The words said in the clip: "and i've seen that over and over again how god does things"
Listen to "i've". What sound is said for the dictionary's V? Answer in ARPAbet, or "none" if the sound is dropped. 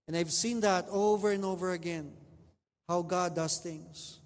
V